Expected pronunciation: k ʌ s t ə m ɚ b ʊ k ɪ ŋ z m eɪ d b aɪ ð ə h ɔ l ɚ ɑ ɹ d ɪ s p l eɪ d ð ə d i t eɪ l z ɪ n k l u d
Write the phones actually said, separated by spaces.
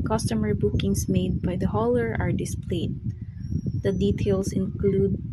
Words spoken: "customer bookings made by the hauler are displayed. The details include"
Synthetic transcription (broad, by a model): k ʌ s t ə m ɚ b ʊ k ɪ ŋ s m eɪ d b aɪ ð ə h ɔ l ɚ ɑ ɹ d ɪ s p l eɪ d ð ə d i t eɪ l s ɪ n k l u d